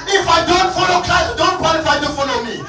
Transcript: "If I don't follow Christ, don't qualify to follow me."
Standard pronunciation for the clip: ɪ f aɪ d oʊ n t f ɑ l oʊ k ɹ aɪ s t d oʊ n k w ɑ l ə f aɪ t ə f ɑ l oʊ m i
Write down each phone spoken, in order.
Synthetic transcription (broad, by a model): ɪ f aɪ d oʊ n t f ɑ l oʊ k l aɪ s d oʊ n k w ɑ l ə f aɪ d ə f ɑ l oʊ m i